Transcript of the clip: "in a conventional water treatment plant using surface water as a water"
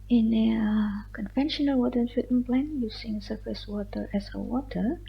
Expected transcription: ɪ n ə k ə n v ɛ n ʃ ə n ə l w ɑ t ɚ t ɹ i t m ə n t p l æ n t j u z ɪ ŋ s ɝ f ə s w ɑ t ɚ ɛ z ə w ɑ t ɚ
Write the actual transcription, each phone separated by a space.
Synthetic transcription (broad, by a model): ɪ n ə k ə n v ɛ n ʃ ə n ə l w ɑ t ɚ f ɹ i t ə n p l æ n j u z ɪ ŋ s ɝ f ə s w ɑ t ɚ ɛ s ə w ɑ t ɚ